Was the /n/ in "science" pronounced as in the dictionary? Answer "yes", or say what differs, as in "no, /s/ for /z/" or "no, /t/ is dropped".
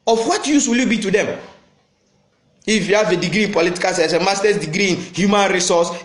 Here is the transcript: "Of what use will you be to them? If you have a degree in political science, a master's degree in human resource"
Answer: no, /n/ is dropped